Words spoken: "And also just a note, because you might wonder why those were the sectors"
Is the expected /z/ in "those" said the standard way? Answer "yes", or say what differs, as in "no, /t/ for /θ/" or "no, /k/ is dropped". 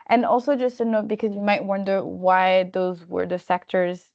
yes